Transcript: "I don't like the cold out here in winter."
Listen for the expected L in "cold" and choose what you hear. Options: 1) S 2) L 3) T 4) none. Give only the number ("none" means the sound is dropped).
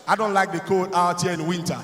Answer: 4